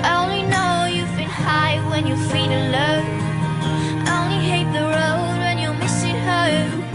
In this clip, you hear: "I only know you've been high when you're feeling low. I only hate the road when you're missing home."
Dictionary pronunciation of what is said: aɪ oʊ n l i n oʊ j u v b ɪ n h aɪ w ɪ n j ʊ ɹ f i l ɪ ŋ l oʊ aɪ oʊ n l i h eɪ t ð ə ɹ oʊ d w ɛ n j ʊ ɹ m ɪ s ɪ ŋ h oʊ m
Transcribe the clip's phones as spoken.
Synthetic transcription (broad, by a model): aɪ oʊ n l i n oʊ j u v b ɪ n h aɪ w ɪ n j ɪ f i n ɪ l oʊ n oʊ n l i h eɪ t ð ə ɹ oʊ d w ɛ n j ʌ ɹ m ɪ s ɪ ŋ h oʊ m